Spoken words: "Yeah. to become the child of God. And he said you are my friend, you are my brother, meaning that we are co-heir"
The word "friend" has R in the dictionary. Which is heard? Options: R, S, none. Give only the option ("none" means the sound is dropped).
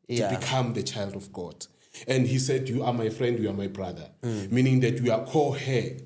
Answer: R